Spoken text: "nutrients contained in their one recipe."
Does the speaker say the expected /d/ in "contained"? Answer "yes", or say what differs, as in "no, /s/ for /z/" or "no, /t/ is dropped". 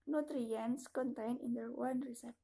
no, /d/ is dropped